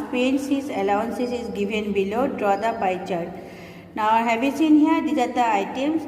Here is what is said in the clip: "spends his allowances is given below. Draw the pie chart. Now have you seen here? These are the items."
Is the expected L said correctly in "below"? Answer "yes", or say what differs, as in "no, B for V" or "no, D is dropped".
yes